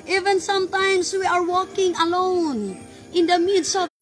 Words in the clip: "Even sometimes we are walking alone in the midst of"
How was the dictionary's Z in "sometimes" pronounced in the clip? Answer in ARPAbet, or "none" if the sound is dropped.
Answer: S